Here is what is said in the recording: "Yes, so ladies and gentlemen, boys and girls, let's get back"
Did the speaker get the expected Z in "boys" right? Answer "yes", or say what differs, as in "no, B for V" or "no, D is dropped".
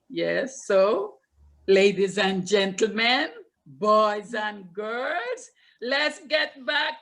yes